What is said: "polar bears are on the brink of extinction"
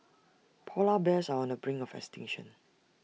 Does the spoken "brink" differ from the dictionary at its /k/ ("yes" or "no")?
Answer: yes